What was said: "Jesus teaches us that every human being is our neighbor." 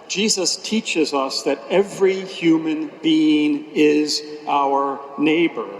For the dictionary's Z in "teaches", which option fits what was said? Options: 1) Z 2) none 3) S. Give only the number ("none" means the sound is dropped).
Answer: 1